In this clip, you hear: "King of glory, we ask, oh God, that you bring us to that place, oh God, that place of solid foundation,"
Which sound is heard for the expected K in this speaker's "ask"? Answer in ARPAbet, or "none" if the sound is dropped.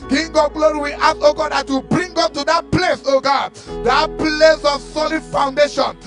none